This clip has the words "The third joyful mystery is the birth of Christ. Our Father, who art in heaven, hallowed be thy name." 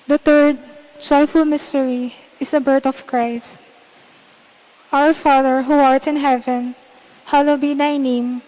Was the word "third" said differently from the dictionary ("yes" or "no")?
yes